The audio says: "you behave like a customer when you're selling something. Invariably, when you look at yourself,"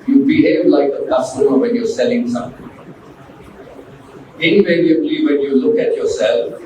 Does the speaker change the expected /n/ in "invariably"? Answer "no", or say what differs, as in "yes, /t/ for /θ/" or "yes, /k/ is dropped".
yes, /n/ is dropped